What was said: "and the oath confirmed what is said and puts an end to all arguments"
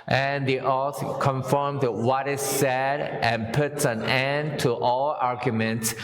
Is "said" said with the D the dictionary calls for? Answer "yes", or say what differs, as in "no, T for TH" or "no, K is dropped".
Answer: yes